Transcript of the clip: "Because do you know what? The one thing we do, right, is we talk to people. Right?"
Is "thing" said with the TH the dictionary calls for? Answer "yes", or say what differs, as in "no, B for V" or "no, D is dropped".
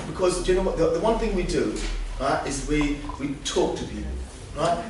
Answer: yes